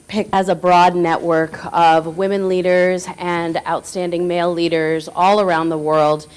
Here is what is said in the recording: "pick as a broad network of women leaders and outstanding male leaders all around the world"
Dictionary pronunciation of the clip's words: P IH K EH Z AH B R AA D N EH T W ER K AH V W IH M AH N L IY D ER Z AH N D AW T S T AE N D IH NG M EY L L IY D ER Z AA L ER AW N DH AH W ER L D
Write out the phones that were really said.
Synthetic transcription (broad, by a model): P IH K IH Z AH B R AA D N EH T W ER K AH V W IH M AH N L IY D ER Z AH N AW T S T AE N D IH NG M EY L L IY D ER Z AA L ER AW N DH AH W ER L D